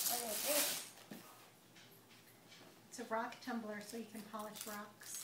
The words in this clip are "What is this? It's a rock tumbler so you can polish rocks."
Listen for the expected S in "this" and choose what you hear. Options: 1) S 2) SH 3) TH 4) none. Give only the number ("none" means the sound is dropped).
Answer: 4